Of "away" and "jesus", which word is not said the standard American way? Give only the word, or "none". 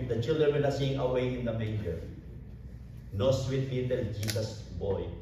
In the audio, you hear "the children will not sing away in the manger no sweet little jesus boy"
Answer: jesus